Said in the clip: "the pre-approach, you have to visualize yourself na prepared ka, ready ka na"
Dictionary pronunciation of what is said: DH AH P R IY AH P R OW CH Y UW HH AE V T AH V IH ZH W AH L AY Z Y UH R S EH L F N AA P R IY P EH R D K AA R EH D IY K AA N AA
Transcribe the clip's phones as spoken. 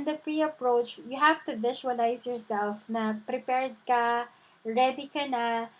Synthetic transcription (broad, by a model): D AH P R IY AH P R OW CH Y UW HH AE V T AH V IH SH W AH L AY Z Y UH R S EH L F N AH P R IY P EH R D K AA R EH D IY K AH N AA